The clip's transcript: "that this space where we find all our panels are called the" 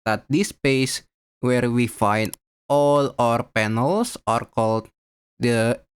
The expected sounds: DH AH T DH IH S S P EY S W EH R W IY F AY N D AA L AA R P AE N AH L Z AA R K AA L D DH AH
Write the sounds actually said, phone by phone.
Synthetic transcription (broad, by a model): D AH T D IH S S P EY S W EH R W IY F AY N D AA L AA R P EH N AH L S AA R K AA L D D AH